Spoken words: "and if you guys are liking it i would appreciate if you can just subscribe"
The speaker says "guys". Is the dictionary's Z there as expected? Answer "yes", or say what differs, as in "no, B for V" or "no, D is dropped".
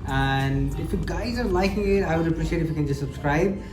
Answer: yes